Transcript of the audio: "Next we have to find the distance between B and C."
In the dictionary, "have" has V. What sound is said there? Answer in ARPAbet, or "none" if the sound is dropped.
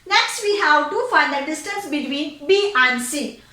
W